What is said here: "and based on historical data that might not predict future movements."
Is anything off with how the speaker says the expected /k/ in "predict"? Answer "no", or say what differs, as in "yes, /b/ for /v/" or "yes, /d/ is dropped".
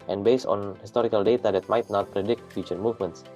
no